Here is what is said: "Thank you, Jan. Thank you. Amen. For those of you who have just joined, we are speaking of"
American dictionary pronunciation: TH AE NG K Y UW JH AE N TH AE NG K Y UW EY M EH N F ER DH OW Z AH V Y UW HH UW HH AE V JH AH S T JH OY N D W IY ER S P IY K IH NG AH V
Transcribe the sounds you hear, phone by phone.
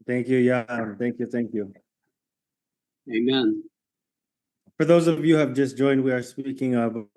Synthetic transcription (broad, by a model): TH AE NG K Y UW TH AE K TH AE NG K Y UW EY M EH N F ER DH OW Z AH V Y UW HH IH V JH AH S JH OY N D W IY ER S P IY K IH NG AH V